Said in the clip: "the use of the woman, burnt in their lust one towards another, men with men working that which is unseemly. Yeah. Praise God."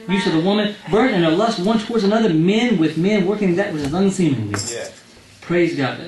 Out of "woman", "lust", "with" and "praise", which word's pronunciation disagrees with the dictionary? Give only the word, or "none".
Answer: none